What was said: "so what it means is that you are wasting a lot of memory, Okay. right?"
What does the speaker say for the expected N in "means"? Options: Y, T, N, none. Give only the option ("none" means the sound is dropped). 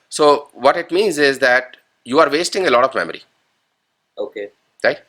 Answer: N